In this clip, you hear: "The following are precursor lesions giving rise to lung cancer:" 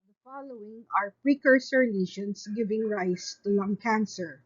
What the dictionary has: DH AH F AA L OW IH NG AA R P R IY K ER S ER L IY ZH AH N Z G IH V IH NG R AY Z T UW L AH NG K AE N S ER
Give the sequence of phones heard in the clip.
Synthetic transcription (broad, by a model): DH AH F AA L OW IH NG AA R P R IY K ER S ER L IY SH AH N S G IH V IH NG R AY S T UW L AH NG K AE N S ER